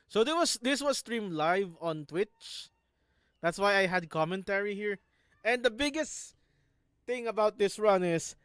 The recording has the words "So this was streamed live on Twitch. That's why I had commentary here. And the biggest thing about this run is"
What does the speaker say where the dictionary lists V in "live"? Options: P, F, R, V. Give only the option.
V